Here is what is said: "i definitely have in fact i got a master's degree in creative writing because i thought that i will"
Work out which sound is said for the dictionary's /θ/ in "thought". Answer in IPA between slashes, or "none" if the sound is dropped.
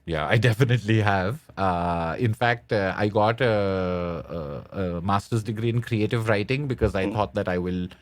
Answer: /t/